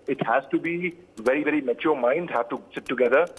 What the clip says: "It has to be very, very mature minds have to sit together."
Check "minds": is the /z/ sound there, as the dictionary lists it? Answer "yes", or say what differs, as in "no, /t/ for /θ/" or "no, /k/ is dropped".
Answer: no, /z/ is dropped